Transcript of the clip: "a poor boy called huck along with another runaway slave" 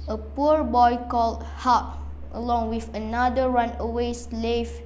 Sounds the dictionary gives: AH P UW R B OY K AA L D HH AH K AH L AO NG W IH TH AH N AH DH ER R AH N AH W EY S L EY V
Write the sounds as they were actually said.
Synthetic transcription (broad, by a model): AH P UW R B OY K AA L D HH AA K AH L AO NG W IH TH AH N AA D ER R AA N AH W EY S L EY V